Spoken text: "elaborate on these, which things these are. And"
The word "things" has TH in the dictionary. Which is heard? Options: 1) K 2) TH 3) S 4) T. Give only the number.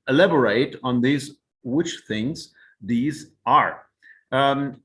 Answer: 2